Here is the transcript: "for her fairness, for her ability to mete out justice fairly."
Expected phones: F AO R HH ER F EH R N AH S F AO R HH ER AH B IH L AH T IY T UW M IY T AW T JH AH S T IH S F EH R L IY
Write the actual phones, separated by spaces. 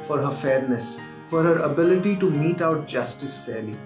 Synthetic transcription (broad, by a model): F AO R HH ER F EH R N AH S F AO R HH ER AH B IH L AH T IY T UW M IY T AW T JH AH S T IH S F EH R L IY